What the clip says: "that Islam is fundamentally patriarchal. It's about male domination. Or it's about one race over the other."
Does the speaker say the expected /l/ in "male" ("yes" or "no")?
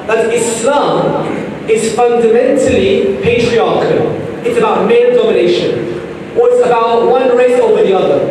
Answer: no